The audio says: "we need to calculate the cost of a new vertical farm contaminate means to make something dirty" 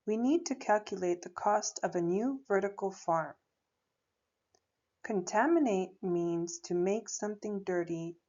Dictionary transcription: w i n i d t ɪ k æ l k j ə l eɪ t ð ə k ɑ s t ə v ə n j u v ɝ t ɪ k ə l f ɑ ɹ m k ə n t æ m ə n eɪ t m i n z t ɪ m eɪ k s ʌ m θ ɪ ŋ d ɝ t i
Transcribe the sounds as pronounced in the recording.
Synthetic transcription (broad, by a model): w i n i d t ɪ k æ l k j ə l eɪ t ð ə k ɑ s t ə v ə n j u v ɝ t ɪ k l f ɑ ɹ m k ə n t æ m ə n eɪ t m i n z t ɪ m eɪ k s ʌ m θ ɪ ŋ d ɝ t i